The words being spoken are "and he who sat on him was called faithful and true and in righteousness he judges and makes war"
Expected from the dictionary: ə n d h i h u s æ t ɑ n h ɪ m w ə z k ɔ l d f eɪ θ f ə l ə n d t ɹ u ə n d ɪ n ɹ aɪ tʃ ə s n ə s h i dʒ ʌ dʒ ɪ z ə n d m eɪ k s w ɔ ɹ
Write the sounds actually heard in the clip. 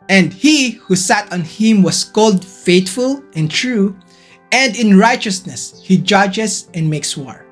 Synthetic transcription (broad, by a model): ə n d h i h u s æ t ɑ n h ɪ m w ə s k ɔ l d f eɪ t f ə l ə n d t ɹ u ə n d ɪ n ɹ aɪ tʃ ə s n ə s h i dʒ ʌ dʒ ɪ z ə n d m eɪ k s w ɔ ɹ